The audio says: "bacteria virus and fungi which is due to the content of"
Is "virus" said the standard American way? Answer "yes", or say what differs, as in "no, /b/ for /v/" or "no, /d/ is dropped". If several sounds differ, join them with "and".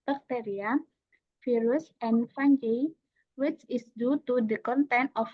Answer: no, /f/ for /v/